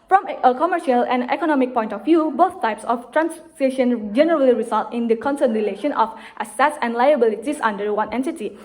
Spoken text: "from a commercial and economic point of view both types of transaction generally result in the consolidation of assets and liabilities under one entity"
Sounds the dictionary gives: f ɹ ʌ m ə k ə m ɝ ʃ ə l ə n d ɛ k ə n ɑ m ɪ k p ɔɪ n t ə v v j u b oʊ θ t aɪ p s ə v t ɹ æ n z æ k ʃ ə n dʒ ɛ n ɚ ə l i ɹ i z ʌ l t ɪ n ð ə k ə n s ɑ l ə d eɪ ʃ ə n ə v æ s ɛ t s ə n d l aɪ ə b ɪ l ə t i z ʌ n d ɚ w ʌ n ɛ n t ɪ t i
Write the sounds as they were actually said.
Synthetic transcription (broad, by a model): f ɹ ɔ m ə k ə m ɝ ʃ ə l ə n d ɛ k ə n ɑ m ɪ k p ɔɪ n t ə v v j u b oʊ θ t aɪ p s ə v t ɹ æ n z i ʃ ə n dʒ ɛ n ɚ ə l i ɹ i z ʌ l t ɪ n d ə k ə n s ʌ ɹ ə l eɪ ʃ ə n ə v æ s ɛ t s ə n d l aɪ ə b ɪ l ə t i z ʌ n d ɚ w ʌ n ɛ n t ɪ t i